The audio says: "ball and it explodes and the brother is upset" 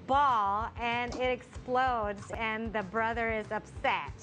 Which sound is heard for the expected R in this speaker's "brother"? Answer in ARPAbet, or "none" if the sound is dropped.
R